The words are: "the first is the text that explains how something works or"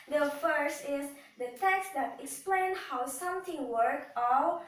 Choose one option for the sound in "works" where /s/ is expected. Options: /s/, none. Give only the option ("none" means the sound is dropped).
none